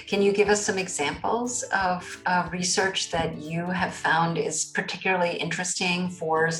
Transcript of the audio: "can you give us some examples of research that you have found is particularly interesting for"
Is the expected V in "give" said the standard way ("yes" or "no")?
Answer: yes